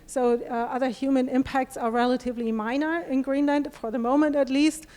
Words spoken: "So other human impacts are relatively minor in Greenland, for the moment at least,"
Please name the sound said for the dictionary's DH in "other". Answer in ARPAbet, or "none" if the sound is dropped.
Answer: DH